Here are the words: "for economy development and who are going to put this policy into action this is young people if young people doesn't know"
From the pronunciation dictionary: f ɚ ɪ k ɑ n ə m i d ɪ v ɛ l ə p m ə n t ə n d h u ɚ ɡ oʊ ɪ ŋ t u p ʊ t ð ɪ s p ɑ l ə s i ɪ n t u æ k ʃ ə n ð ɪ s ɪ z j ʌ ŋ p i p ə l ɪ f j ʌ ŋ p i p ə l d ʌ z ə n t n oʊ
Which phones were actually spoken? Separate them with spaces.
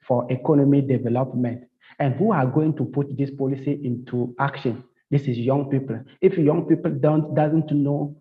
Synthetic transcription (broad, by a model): f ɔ ɪ k ɑ n ə m i d ɪ v ɛ l ə p m ə n t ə n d h u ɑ ɡ oʊ ɪ ŋ t u p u t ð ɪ s p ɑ l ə s i ɪ n t u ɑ k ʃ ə n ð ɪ s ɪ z j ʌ ŋ p i p ə l ɪ f j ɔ ŋ p i p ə l d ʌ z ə n t n oʊ